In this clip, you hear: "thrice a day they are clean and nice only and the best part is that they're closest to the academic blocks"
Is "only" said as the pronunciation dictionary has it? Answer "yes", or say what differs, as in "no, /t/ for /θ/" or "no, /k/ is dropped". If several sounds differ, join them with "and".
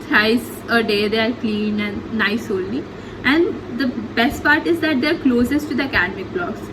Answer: no, /l/ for /n/